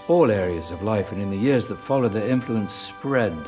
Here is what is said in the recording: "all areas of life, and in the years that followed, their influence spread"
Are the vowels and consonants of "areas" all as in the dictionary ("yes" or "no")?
yes